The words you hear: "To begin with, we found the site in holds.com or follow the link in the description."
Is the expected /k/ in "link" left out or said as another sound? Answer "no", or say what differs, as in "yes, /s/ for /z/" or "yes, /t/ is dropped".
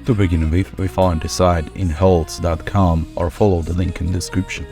no